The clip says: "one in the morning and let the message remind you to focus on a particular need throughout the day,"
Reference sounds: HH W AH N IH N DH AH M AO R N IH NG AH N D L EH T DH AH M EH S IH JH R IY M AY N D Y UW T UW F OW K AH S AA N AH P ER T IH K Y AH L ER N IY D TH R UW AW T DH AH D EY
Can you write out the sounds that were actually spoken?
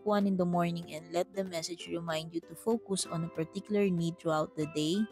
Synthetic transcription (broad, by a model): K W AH N IH N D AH M AO R N IH NG AH N D L EH T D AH M EH S IH JH R IY M AY N D Y UW T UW F OW K AH S AA N AH P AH T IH K Y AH L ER N IY D T R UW AW T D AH D EY